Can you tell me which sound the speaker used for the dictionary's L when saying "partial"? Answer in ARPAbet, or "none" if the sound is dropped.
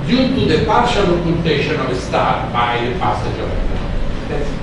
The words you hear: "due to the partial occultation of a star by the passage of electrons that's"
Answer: L